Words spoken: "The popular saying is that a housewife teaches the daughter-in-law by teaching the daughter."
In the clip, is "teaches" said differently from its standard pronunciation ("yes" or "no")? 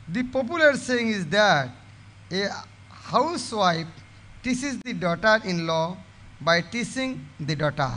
yes